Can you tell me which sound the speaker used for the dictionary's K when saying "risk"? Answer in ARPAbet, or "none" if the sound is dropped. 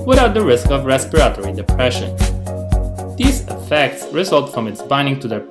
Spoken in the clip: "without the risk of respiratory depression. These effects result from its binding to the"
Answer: K